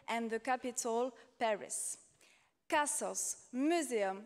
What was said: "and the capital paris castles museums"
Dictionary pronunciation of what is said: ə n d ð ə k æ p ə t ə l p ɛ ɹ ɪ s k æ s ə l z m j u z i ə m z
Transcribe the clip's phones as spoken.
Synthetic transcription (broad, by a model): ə n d ð ə k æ p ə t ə l p ɛ ɹ ɪ s k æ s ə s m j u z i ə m